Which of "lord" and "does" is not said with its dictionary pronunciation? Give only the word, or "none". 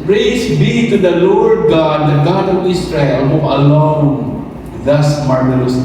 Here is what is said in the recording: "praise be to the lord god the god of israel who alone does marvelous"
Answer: does